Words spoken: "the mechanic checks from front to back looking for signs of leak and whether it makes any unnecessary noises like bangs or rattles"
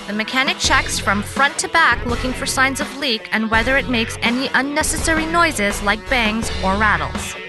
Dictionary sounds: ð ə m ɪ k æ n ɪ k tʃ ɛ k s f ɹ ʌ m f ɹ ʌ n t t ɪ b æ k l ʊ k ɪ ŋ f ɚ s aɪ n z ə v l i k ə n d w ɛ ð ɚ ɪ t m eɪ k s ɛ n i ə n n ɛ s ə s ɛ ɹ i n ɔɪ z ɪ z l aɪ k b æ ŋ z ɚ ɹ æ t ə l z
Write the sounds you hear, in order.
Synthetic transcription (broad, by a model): ð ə m ɪ k æ n ɪ k tʃ ɛ k s f ɹ ʌ m f ɹ ʌ n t t ɪ b æ k l ʊ k ɪ ŋ f ɚ s aɪ n z ə v l i k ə n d w ɛ ð ɚ ɪ t m eɪ k s ɛ n i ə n n ɛ s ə s ɛ ɹ i n ɔɪ z ɪ z l aɪ k b æ ŋ z ɚ ɹ æ t l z